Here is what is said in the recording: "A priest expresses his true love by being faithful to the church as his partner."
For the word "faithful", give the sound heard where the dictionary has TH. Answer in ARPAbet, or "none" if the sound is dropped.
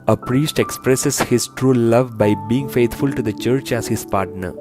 T